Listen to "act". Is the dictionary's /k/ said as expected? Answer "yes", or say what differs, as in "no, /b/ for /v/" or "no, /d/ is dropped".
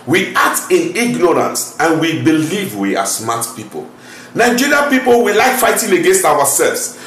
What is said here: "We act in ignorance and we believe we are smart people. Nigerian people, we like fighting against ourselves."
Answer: no, /k/ is dropped